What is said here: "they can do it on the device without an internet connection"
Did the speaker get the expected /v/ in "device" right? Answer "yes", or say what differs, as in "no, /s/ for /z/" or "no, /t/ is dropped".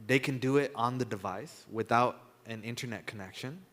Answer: yes